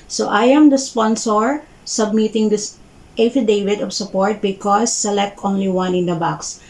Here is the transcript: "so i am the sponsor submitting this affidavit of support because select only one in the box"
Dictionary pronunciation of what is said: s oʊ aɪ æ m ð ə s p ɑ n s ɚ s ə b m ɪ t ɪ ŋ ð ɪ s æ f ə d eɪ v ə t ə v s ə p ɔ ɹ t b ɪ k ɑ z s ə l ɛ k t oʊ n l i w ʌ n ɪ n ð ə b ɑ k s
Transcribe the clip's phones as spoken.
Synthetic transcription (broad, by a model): s oʊ aɪ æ m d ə s p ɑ n s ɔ s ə b m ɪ t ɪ ŋ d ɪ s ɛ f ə d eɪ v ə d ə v s ə p ɔ ɹ t b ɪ k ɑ s ə l ɛ k t oʊ n l i w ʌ n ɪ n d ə b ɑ k s